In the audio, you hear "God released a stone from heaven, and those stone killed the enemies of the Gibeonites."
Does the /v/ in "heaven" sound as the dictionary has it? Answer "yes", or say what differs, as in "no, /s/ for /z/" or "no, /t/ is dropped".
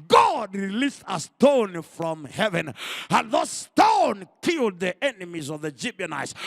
yes